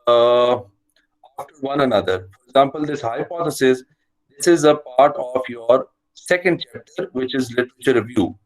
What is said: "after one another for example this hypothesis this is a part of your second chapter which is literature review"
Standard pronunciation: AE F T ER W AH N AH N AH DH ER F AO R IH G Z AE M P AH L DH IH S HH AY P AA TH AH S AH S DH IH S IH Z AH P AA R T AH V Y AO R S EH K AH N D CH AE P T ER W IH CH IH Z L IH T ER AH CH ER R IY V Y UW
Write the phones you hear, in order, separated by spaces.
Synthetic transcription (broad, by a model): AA F T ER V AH N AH N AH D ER F AO R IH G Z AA M P AH L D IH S HH AY P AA T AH S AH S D IH S IH Z AH P AA R T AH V Y AO R S EH K AH N D CH AE P T ER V IH CH IH Z L IH T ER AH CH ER R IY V Y UW